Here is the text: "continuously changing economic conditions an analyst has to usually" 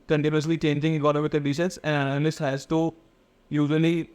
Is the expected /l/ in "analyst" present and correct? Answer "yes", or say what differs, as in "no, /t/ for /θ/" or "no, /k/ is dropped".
no, /n/ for /l/